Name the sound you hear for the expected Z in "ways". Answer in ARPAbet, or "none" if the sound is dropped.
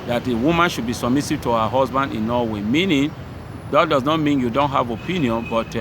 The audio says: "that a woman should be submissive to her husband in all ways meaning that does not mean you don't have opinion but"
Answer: none